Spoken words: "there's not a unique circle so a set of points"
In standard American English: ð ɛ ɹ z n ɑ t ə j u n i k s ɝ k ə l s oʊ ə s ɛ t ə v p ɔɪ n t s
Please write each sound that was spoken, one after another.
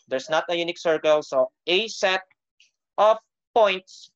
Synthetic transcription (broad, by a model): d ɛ ɹ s n ɑ t ə j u n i k s ɝ k ə l s oʊ ə s ɛ t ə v p ɔɪ n t s